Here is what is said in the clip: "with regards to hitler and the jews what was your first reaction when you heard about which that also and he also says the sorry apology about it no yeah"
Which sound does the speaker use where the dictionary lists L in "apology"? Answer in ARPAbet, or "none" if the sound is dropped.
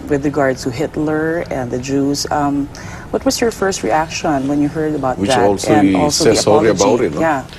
none